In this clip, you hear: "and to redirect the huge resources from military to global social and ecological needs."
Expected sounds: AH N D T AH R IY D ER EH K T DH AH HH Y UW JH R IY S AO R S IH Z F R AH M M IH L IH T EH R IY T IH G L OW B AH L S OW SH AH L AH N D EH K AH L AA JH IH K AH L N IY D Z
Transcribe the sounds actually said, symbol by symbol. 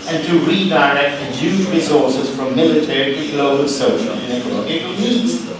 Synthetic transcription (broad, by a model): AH N T AH R IY D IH EH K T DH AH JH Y UW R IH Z AO R S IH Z F R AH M M IH L IH T EH R IY T IH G L OW AH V S OW SH AH L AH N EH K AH N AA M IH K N IY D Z